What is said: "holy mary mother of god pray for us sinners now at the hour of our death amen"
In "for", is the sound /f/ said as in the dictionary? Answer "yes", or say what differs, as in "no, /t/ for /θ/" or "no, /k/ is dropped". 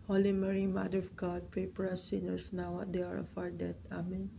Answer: no, /p/ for /f/